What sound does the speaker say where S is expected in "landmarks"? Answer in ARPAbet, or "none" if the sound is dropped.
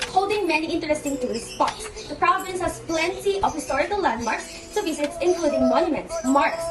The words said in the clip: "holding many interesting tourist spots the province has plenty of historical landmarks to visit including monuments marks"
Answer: S